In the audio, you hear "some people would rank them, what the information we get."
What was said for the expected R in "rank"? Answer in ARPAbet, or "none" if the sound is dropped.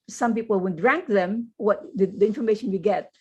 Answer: R